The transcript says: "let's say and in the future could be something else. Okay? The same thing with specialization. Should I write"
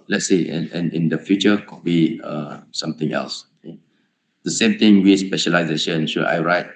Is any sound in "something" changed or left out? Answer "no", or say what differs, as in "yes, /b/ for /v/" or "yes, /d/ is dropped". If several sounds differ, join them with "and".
yes, /t/ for /θ/